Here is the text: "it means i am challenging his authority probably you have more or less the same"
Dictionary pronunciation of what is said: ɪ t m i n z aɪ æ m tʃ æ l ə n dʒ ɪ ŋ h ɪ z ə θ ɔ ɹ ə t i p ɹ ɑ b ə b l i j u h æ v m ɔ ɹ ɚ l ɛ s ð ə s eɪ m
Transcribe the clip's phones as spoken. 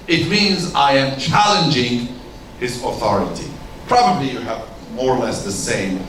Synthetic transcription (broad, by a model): ɪ t m i n z aɪ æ m tʃ æ l ə n dʒ ɪ ŋ h ɪ z ə θ ɔ ɹ ə t i p ɹ ɑ b ə b l i j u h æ v m ɔ ɹ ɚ l ɛ s ð ə s eɪ m